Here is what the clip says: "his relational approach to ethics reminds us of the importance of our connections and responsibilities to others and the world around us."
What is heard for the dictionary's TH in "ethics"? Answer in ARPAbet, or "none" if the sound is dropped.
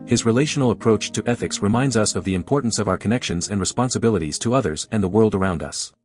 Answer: TH